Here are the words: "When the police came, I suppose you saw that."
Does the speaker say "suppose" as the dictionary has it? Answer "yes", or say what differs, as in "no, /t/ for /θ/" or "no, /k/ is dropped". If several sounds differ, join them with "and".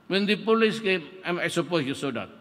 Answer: no, /s/ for /z/